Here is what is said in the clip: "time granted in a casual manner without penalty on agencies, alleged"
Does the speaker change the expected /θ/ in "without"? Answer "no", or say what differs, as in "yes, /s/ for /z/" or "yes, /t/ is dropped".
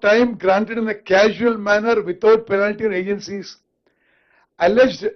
yes, /t/ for /θ/